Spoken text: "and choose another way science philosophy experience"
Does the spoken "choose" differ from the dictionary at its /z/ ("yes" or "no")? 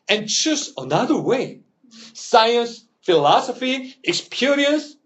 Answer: yes